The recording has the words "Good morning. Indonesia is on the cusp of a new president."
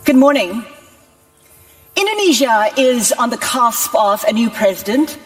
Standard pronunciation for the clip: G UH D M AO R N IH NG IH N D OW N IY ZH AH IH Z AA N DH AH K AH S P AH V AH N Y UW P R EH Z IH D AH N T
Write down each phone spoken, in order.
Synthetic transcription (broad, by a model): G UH D M AO R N IH NG IH N D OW N IY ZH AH IH Z N DH AH K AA S P AH V AH N Y UW P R EH Z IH D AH N T